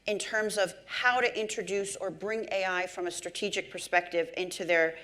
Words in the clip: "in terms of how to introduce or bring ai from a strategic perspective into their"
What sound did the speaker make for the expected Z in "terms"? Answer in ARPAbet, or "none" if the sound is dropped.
Z